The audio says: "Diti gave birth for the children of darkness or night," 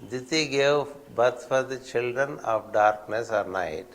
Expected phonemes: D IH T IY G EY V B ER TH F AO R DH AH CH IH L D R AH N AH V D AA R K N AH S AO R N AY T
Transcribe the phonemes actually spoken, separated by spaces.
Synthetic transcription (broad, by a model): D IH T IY G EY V B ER T F AO R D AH CH IH L D R AH N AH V D AA R K N AH S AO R N AY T